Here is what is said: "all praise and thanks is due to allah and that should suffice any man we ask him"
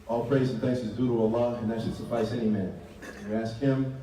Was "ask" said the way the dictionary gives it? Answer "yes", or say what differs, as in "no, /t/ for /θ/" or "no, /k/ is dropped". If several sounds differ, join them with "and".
yes